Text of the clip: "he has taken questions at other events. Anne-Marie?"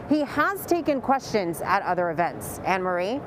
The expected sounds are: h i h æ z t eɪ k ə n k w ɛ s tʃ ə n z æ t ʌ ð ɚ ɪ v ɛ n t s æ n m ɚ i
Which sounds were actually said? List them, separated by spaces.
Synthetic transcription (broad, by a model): h i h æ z t eɪ k ə n k w ɛ s tʃ ə n z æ t ʌ ð ɚ ɪ v ɛ n t s æ n m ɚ i